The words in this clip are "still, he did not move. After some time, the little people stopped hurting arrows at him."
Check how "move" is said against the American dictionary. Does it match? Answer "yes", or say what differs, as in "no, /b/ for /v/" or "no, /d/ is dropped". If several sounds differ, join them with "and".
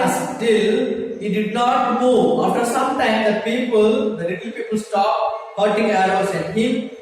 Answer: no, /v/ is dropped